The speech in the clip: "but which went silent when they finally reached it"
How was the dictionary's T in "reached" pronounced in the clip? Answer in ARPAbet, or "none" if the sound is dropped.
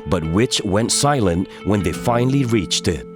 T